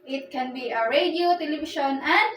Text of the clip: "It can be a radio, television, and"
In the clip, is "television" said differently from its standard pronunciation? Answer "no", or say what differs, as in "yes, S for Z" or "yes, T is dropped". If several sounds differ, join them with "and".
yes, SH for ZH